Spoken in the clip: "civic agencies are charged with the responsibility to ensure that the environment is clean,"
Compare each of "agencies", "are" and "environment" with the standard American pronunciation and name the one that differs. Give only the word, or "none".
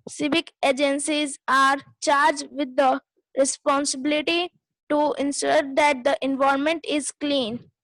environment